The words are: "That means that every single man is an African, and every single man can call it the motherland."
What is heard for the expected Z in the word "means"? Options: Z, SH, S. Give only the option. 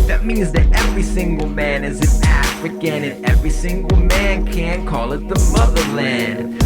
Z